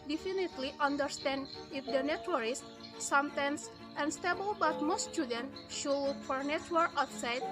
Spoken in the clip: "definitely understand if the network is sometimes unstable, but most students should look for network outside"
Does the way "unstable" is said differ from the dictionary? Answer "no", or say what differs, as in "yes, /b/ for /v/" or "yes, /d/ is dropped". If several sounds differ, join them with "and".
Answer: no